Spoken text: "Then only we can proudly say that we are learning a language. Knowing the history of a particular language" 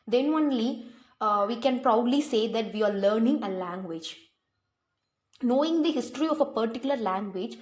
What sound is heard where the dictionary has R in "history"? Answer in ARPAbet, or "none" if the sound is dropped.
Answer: R